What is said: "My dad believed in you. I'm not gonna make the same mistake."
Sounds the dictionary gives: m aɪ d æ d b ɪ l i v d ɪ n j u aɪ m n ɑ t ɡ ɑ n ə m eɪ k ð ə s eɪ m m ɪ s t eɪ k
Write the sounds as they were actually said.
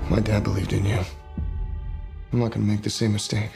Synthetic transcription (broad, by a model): m aɪ d æ d b ɪ l i v d ɪ n j u aɪ m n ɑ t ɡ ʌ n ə m eɪ k ð ə s eɪ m m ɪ s t eɪ k